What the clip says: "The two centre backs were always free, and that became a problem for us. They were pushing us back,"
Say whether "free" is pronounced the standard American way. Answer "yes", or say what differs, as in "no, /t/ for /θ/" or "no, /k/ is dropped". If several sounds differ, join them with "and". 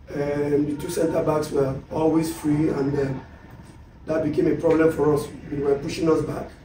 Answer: yes